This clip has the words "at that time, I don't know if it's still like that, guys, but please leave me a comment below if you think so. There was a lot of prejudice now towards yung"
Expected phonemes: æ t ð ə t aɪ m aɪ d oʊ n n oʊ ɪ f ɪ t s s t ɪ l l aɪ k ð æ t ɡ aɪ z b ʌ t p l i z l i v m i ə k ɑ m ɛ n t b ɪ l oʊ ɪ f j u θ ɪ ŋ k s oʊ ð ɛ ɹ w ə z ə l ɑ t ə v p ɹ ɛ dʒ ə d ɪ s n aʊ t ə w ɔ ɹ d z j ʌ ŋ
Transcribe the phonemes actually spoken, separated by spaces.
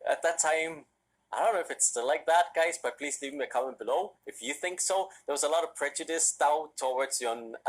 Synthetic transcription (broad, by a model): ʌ t ð ə t aɪ m aɪ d oʊ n n oʊ ɪ f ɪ t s s t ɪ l l aɪ k ð æ t ɡ aɪ z b ʌ t p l i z l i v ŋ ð ə k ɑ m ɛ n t b ɪ l oʊ ɪ f j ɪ θ ɪ ŋ k s oʊ ð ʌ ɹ w ə z ə l ɑ t ə v p ɹ ɛ dʒ ə d ɪ s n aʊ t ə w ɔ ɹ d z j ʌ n